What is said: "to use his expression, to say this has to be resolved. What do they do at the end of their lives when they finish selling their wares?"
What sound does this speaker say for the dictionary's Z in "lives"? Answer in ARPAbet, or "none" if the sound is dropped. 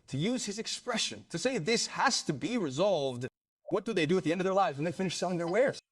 Z